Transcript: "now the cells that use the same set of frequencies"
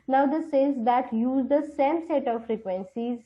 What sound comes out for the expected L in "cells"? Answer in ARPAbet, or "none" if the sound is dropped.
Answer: none